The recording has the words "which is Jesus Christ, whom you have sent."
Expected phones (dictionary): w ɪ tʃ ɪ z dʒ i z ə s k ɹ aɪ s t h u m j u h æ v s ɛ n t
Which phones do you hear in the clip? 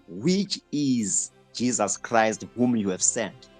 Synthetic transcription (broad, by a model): w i tʃ ɪ z dʒ i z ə s k ɹ aɪ s t h u m j u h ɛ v s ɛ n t